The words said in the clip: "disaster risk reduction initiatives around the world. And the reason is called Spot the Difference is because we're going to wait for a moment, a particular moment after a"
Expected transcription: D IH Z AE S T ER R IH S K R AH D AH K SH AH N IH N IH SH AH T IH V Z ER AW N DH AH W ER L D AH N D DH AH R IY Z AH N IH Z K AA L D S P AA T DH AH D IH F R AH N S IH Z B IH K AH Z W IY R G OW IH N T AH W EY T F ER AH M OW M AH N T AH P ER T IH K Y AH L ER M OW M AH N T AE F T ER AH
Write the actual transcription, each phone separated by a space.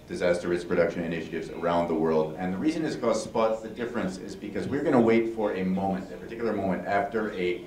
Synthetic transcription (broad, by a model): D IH Z AE S T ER R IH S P R AH D AH K SH AH N IH N IH SH AH T IH V Z ER AW N DH AH W ER L D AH N DH AH R IY Z AH N IH Z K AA S P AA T DH AH D IH F R AH N S IH Z B IH K AH Z W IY R G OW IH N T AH W EY T F ER AH M OW M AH N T AH P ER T IH K Y L ER M OW M AH N T AE F T ER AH